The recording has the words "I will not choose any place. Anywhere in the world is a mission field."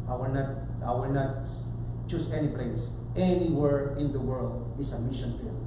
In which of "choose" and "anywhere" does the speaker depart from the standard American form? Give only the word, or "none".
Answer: choose